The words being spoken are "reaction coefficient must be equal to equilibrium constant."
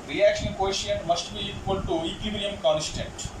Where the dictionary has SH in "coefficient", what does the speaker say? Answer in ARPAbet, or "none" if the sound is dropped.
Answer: none